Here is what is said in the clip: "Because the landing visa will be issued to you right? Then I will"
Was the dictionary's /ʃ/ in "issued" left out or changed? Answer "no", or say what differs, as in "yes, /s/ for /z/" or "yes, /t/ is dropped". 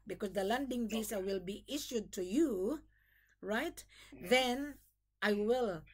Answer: no